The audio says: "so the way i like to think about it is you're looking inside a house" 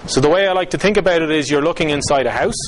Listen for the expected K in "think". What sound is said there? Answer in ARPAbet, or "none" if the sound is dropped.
K